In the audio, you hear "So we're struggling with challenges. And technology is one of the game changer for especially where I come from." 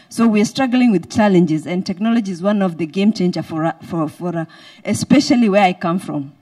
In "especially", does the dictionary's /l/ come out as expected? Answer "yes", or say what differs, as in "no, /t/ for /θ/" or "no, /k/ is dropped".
yes